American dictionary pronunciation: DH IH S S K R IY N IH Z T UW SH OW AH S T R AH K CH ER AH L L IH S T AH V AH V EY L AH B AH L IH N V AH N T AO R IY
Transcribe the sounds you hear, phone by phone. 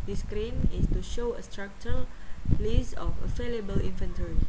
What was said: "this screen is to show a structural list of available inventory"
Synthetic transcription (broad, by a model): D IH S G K R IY N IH S T UW SH OW AH S T R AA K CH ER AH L L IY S AH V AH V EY L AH B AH L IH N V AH N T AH R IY